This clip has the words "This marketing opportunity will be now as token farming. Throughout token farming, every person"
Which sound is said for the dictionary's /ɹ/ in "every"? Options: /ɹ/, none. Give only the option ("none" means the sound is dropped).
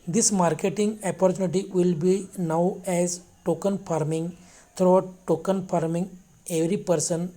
/ɹ/